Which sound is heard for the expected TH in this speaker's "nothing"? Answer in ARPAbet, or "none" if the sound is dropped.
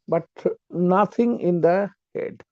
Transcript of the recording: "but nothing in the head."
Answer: T